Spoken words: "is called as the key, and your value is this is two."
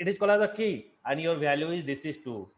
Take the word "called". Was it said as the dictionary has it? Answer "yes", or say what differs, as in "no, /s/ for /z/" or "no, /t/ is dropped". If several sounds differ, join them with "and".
no, /d/ is dropped